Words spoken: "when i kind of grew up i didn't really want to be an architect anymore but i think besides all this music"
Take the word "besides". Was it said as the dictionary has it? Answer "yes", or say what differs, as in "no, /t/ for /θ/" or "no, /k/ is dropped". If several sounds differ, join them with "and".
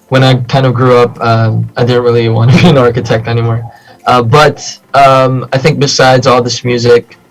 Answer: yes